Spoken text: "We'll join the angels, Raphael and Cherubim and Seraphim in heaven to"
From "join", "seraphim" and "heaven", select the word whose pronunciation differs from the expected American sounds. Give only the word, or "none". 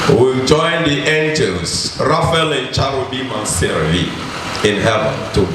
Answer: seraphim